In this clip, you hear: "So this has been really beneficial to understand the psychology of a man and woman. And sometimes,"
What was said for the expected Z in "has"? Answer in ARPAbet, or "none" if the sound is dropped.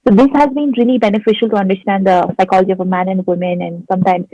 Z